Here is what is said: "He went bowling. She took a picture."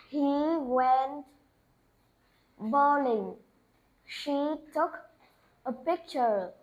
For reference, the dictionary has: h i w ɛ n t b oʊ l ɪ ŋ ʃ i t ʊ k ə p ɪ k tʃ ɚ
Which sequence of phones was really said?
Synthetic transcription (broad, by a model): h i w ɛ n t b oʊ l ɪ ŋ ʃ i t ʊ k ə p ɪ k tʃ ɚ